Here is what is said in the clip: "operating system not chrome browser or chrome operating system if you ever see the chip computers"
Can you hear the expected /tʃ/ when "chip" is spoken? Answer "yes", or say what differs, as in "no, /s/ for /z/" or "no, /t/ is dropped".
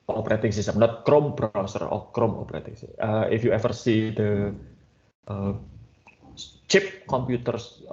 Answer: yes